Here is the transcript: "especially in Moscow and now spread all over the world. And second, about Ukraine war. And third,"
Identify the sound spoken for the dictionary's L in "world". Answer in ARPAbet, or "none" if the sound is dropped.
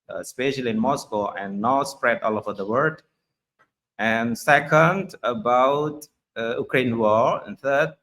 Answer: none